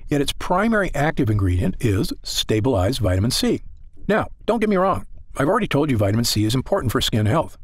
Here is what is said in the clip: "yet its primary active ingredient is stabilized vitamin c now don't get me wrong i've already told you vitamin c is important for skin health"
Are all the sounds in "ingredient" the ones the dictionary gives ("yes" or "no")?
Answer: yes